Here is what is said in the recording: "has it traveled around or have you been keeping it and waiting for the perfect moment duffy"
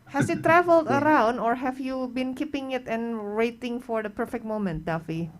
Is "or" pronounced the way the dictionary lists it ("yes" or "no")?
yes